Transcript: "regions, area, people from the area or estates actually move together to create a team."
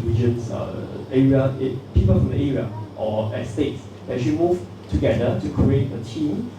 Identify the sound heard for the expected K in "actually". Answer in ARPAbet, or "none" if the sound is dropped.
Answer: none